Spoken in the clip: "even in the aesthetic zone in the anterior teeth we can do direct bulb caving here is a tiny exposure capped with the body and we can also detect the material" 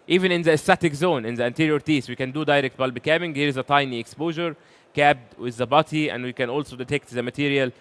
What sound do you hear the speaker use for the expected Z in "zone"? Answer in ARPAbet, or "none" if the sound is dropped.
Z